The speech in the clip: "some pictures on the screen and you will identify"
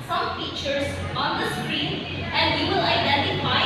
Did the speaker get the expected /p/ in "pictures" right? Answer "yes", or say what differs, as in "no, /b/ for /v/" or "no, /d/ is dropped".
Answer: no, /f/ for /p/